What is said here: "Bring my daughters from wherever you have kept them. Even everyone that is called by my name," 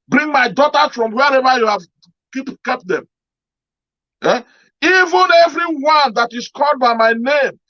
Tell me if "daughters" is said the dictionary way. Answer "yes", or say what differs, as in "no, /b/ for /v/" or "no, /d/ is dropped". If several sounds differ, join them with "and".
no, /z/ is dropped